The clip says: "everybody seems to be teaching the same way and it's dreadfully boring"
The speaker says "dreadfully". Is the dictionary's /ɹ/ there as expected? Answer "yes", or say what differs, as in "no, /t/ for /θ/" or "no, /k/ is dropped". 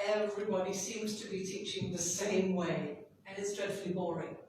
no, /ɹ/ is dropped